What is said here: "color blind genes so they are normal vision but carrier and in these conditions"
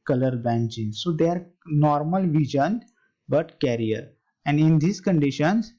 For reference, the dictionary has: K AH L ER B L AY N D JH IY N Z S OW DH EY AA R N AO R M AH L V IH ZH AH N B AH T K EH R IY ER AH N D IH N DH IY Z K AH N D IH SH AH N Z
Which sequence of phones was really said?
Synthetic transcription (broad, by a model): K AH L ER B AY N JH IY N S OW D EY AA R N AO R M AH L V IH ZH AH N B AH T K EH R IY ER AH N D IH N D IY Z K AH N D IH SH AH N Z